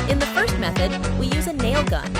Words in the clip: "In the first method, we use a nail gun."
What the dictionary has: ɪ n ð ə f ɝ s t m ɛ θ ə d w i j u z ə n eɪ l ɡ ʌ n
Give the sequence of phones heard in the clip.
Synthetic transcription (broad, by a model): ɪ n ð ə f ɝ s t m ɛ θ ə d w i j u z ə n eɪ l ɡ ʌ n